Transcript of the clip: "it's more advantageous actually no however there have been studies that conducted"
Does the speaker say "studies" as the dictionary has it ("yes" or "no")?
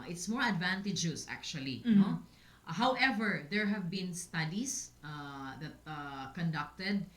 no